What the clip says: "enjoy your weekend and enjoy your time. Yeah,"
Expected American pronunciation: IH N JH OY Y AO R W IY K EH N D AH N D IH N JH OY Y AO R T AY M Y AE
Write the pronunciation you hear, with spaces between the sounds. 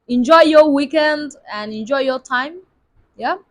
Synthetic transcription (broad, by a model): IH N JH OY Y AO W IY K EH N D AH N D IH N JH OY Y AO T AY M Y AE